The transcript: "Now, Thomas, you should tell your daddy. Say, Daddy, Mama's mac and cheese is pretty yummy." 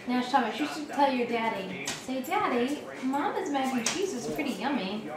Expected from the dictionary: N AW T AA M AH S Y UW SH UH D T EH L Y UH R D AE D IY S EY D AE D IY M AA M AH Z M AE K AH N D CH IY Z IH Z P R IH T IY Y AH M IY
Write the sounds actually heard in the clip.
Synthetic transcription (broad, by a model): N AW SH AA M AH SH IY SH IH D T EH L Y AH R D AE D IY S EY D AE D IY M AA M AH Z M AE AH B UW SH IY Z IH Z P R IH T IY Y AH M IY